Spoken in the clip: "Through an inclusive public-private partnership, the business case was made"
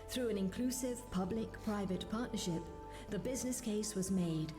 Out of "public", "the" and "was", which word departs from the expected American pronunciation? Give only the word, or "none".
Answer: none